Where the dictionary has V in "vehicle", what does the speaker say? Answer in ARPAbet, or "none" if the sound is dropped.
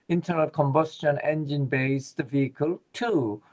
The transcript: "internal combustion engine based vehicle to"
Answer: V